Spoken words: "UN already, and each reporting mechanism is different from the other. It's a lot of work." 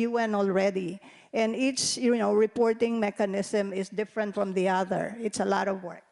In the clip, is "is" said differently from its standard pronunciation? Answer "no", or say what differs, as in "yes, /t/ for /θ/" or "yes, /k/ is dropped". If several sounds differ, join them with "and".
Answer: yes, /s/ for /z/